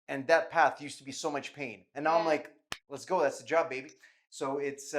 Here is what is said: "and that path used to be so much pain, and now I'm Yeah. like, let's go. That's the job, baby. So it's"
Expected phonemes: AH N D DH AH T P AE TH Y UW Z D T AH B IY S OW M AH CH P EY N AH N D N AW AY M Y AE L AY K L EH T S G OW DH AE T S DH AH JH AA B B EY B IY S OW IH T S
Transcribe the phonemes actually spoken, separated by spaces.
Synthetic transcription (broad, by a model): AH N DH AH T P AE TH Y UW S T AH B IY S OW M AH CH P EY N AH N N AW AY M L AY K L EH T S G OW DH AE T S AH JH AA B B EY B IY S OW IH T S